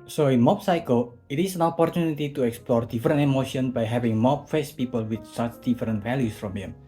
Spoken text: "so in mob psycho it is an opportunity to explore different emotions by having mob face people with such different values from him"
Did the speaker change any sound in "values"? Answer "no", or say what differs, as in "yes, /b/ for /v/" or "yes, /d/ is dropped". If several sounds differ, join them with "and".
yes, /s/ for /z/